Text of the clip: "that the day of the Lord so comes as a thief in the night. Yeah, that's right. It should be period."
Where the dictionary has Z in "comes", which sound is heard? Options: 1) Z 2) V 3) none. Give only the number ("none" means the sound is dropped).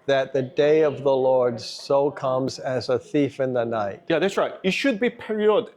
1